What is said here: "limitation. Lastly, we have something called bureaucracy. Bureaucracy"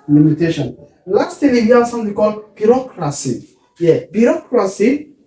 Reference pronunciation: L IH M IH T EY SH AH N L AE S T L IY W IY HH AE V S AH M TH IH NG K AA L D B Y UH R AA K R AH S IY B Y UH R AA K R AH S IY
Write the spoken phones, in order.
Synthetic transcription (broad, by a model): L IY M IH T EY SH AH N L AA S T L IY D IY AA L S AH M T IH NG K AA L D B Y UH R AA K R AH S IY B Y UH R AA K R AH S IY